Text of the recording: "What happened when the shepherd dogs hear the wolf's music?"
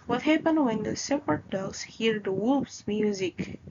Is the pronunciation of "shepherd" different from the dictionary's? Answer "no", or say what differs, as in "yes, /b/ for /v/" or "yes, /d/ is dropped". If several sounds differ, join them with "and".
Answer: yes, /s/ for /ʃ/